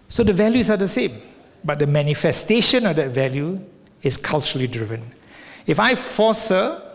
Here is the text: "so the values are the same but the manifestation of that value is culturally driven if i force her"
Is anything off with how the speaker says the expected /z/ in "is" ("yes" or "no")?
yes